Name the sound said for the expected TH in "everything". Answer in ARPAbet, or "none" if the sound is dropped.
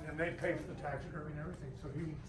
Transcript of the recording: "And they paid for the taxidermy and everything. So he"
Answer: TH